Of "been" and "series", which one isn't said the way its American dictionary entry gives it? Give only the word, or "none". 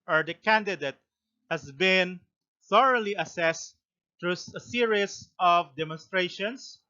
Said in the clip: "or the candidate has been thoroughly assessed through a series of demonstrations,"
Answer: series